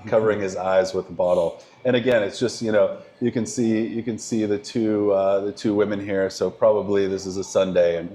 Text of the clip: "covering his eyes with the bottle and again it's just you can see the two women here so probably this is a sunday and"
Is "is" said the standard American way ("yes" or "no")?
yes